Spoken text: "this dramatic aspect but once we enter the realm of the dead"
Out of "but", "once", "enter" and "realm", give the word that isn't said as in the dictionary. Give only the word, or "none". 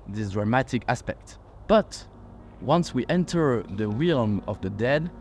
realm